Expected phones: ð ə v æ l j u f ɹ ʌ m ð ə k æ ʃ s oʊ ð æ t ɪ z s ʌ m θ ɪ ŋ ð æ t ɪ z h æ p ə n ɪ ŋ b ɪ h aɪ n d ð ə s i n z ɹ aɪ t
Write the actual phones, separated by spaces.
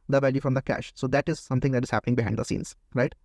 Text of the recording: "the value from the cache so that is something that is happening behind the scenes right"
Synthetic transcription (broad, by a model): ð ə v æ l j u f ɹ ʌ m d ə k æ ʃ s oʊ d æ t ɪ z s ʌ m t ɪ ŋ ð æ t ɪ z h æ p ə n ɪ ŋ b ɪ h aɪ d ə s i n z ɹ aɪ t